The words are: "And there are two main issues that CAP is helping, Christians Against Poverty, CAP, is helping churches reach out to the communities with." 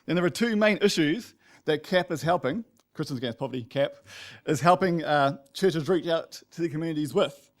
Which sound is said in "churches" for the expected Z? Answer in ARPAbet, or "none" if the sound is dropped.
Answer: Z